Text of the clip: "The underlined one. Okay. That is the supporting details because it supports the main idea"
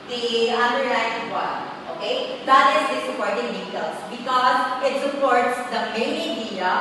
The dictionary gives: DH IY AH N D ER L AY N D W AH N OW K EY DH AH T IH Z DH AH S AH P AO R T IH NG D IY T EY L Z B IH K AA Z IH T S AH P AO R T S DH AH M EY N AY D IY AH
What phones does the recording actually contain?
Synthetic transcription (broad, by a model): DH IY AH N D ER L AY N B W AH OW K EY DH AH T IH Z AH S AH P AO R T IH NG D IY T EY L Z B IH K AA Z IH T S AH P AO R T S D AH M EY N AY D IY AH